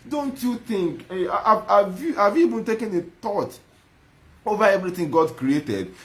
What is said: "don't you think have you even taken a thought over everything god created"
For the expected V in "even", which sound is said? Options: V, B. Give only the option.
B